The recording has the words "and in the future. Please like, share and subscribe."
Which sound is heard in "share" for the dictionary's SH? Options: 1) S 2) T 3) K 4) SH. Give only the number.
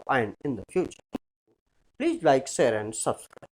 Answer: 1